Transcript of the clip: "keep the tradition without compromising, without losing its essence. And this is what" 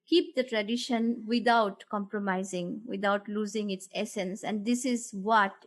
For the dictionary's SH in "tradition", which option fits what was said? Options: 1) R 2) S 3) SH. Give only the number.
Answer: 3